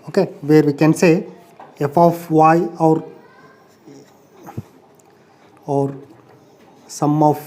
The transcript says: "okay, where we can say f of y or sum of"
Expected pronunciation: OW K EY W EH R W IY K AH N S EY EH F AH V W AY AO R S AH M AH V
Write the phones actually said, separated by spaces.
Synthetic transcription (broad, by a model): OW K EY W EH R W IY K AH N S EY EH F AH W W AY AO R S AH M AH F